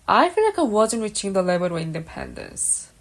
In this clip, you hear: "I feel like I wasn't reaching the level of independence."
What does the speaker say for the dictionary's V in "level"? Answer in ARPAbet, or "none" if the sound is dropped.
B